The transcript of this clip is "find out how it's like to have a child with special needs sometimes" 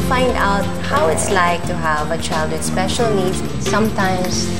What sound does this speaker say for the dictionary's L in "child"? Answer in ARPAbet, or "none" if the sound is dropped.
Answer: L